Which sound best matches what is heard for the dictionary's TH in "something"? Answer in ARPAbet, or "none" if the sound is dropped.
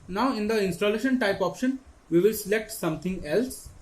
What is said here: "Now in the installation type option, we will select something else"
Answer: T